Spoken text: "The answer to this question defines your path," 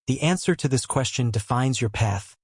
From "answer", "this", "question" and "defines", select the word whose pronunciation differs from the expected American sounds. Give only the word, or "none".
none